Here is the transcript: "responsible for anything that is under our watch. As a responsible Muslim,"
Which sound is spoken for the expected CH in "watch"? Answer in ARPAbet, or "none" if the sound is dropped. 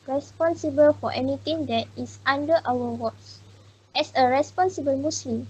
S